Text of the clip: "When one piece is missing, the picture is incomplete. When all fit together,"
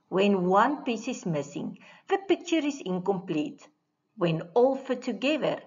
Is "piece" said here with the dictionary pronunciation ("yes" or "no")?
yes